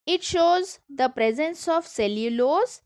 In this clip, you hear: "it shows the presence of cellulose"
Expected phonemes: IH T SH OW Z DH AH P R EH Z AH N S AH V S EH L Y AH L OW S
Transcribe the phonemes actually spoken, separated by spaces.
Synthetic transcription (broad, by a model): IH T SH OW Z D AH P R EH Z AH N S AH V S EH L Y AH L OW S